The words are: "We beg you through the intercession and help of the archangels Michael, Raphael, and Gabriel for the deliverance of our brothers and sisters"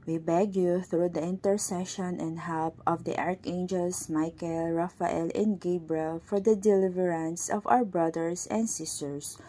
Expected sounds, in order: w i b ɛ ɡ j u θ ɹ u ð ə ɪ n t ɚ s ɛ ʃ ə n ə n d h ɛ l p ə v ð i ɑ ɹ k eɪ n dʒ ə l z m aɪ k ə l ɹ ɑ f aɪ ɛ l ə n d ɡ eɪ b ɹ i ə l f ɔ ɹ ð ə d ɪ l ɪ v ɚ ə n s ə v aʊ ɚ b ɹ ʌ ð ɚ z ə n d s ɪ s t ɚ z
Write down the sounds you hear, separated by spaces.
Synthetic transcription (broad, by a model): w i b ɛ ɡ j u θ ɹ u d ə ɪ n t ɚ s ɛ ʃ ə n ə n d h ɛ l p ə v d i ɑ ɹ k eɪ n dʒ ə l s m aɪ k ə l ɹ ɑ f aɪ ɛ l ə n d ɡ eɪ b ɹ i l f ɔ ɹ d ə d ɪ l ɪ v ɚ ə n s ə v aʊ ɚ b ɹ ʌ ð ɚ s ə n d s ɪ s t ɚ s